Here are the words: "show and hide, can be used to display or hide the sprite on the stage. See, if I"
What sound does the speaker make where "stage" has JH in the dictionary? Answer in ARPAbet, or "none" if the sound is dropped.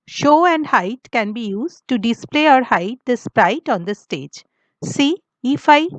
JH